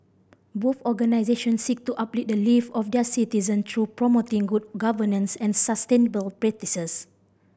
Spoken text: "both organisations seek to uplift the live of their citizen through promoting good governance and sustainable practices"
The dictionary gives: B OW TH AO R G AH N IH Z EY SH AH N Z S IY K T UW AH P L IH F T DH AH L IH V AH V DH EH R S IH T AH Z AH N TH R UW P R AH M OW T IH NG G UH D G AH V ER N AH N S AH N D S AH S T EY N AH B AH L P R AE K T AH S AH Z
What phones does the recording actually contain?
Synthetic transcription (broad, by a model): B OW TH AO G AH N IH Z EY SH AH N S IY K T UW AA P L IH T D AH L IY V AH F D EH S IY T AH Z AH N T R UW P R AH M OW T IH NG G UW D G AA V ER N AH N S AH N S AH S T EY N AH B AH L P R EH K T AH S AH S